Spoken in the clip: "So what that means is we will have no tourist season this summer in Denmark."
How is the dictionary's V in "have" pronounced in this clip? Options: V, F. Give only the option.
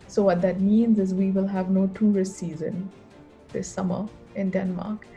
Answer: V